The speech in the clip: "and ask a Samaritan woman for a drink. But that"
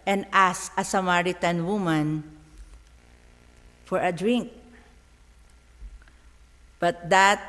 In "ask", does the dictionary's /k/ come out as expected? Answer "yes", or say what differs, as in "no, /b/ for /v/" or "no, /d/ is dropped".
no, /k/ is dropped